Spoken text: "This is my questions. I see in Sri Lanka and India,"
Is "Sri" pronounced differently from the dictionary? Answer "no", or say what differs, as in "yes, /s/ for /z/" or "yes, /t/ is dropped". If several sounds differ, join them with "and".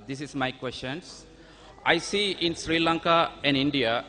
no